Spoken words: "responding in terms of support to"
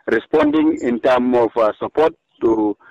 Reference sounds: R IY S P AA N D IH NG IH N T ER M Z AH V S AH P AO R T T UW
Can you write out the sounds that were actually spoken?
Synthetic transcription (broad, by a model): R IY S P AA N D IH NG IH N T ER M AH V S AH P AO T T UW